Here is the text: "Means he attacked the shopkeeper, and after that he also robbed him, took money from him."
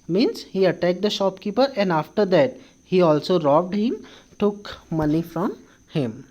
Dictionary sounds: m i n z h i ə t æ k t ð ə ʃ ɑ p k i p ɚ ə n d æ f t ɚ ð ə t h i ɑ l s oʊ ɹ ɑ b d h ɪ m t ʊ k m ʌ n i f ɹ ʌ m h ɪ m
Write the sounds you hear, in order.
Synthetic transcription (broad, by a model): m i n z h i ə t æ k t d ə ʃ ɑ p k i p ɚ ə n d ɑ f t ɚ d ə t h i ɑ l s oʊ ɹ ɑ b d h ɪ m t ʊ k m ʌ n i f ɹ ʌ m h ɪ m